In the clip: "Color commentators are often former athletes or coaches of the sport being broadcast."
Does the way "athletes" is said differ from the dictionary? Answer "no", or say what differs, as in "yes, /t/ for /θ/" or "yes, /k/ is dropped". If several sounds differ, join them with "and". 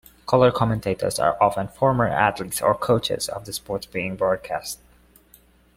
yes, /t/ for /θ/